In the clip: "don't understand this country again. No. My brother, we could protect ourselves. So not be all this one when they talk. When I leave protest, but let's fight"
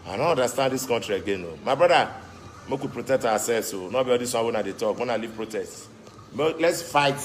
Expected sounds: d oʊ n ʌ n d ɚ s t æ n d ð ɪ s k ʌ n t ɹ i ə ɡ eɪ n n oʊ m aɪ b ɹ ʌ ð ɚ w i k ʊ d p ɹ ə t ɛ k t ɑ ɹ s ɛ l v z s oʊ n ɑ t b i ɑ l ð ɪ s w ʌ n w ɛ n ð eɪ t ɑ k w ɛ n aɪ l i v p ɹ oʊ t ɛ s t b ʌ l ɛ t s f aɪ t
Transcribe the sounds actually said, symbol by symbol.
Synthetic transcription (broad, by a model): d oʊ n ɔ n d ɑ s t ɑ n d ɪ s k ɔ n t ɹ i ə ɡ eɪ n n oʊ m aɪ b ɹ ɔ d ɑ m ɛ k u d p ɹ ə t ɛ k t ɑ w s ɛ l s oʊ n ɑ b i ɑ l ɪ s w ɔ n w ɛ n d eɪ t ɑ k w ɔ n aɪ l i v p ɹ oʊ t ɛ s t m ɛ l ɛ t s f aɪ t